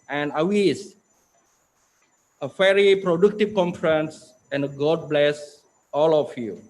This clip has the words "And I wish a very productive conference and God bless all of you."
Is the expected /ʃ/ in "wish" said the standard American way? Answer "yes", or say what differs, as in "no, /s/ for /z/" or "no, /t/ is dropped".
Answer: no, /s/ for /ʃ/